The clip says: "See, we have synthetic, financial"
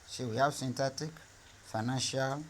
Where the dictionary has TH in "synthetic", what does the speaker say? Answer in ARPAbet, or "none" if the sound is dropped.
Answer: T